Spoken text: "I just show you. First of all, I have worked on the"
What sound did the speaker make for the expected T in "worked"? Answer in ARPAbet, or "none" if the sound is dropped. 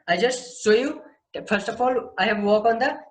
none